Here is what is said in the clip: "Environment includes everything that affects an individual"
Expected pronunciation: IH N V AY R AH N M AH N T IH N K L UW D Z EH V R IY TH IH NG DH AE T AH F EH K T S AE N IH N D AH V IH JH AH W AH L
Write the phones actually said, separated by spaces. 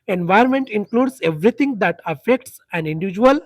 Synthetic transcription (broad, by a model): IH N V AY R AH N M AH N T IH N K L UW D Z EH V R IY T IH NG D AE T AH F EH K T S AE N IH N D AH V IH JH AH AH L